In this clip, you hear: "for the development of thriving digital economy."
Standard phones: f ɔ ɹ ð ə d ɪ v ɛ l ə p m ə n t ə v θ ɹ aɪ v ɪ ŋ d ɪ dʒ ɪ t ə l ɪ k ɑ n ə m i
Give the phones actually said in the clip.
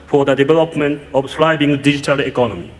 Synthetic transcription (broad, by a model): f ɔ ɹ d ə d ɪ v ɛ l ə p m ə n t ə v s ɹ aɪ b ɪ ŋ d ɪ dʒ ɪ t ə l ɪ k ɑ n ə m i